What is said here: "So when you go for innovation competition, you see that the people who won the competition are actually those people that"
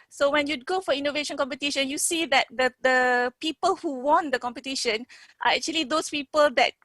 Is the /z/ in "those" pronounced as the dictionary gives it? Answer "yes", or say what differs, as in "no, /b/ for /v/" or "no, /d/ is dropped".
no, /s/ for /z/